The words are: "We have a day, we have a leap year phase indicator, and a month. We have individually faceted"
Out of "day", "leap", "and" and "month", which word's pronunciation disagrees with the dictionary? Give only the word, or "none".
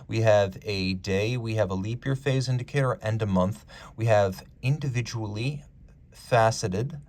none